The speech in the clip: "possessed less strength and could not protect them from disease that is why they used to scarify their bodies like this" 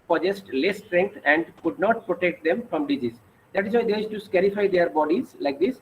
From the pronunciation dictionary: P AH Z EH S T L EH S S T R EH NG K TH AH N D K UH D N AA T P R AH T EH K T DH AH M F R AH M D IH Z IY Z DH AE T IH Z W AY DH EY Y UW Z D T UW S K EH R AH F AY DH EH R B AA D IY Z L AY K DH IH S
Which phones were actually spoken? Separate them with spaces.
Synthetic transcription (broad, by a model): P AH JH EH S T L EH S S T R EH NG K T AH N D K UH D N AA T P R AH T EH K T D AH M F R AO M D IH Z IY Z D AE T IH Z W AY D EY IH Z T UW S K EH R AH F AY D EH R B AA D IY Z L AY K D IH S